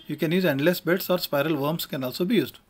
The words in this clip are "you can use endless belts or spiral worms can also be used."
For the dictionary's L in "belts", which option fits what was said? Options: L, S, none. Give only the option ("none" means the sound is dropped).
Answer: none